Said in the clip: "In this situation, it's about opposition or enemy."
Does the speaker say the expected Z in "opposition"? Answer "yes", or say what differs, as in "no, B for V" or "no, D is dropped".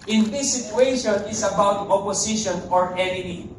no, S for Z